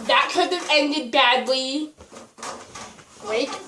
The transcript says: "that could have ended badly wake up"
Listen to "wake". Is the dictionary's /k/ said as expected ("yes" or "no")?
no